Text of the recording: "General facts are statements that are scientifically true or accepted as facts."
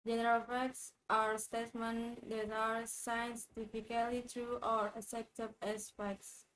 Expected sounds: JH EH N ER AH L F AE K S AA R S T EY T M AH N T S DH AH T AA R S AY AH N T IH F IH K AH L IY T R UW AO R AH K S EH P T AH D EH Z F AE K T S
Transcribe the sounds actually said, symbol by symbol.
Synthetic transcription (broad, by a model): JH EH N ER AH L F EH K S AA R S T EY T M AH N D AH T AA R S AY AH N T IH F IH K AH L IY T R UW AO R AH S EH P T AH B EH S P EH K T S